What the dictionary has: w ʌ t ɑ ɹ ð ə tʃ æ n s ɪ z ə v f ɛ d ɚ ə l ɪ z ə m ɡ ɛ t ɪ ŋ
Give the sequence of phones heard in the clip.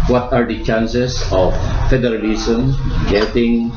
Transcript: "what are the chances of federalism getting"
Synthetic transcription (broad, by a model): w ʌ t ɑ ɹ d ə tʃ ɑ n s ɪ s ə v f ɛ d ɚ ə l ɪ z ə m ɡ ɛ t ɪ ŋ